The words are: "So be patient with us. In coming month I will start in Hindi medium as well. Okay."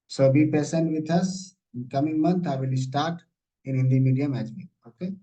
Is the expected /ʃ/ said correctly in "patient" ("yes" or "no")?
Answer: no